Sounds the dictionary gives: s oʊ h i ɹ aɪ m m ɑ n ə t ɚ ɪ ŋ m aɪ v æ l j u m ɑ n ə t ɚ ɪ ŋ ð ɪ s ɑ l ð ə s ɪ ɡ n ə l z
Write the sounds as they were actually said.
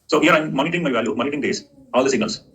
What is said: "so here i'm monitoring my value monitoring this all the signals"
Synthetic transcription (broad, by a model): s oʊ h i ɹ aɪ m m ɑ n ə t ɚ ɪ ŋ m aɪ v æ l j u m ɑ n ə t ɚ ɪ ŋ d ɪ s ɑ l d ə s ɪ ɡ n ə l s